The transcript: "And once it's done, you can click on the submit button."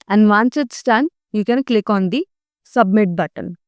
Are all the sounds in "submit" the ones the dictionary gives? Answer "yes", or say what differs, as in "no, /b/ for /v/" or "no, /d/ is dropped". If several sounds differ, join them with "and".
yes